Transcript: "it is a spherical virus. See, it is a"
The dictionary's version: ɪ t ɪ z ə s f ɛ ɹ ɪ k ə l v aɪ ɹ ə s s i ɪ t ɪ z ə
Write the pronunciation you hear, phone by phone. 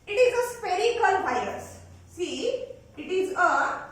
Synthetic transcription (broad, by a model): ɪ t ɪ z ə s p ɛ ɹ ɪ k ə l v aɪ ə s s i ɪ t ɪ z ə